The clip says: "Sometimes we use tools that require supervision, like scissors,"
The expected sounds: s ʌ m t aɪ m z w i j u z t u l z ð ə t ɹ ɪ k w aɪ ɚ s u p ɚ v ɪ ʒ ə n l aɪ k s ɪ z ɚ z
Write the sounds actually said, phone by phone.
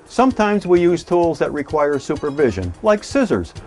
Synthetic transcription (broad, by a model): s ʌ m t aɪ m z w i j u z t u l z ð ə t ɹ ɪ k w aɪ ɚ s u p ɚ v ɪ ʒ ə n l aɪ k s ɪ z ɚ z